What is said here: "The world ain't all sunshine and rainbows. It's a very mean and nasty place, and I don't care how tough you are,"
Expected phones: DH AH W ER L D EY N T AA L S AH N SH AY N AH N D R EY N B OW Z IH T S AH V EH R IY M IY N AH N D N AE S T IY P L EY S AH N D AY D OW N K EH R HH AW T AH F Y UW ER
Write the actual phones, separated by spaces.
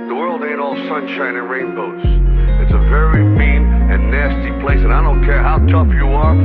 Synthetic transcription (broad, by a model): DH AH W ER L D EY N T AA L S AH N SH AY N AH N R EY N B OW S IH T S AH V EH R IY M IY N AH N N AE S T IY P L EY S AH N AY D OW N K EH R HH AW T AH F Y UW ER